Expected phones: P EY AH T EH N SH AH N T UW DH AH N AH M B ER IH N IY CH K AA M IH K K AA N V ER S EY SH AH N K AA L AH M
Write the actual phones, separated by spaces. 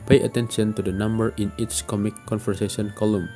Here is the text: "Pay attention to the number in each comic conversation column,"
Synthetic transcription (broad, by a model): P EY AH T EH N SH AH N T UW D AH N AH M B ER IH N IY S K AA M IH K K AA N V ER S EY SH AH N K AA L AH M